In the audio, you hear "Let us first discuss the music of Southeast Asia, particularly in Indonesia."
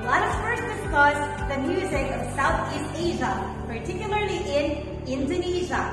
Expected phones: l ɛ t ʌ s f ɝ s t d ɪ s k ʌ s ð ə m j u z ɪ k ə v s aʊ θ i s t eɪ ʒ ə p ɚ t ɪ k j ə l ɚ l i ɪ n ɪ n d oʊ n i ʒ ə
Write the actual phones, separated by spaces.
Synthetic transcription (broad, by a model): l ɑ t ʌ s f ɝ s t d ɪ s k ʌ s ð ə m j u z ɪ k ə v s aʊ θ i s t eɪ ʒ ə p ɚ t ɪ k j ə l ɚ l i ɪ n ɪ n d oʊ n i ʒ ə